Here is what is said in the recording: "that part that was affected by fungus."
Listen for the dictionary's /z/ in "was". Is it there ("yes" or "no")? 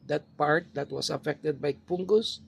no